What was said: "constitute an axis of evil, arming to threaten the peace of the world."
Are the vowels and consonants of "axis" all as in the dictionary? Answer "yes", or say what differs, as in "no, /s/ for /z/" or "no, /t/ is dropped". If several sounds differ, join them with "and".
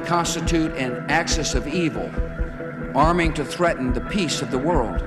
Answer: yes